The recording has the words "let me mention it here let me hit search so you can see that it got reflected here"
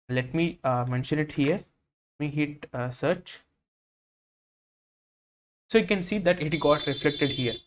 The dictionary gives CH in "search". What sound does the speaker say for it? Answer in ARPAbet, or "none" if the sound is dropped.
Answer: CH